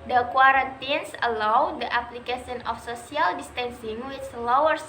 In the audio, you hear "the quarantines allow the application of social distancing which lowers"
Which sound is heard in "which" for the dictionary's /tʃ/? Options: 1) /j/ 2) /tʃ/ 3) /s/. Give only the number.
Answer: 3